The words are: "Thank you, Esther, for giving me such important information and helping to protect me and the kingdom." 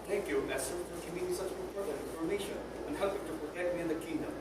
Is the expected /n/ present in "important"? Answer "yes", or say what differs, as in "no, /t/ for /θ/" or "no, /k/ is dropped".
no, /n/ is dropped